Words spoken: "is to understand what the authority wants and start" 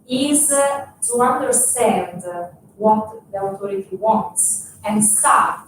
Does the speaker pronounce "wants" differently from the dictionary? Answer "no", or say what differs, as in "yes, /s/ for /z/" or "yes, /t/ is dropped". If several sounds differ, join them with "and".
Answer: no